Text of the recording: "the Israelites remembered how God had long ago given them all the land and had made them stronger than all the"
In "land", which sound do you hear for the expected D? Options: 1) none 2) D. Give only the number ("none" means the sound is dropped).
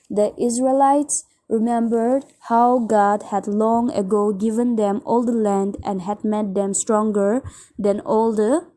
2